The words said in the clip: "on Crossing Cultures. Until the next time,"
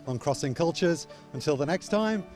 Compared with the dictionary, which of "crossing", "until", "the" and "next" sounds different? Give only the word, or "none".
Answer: none